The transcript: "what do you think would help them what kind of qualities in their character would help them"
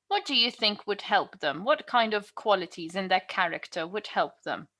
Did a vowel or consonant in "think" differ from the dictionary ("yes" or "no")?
no